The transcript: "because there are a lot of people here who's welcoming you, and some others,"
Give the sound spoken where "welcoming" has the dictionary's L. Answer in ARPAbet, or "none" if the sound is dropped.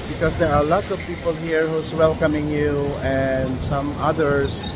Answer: L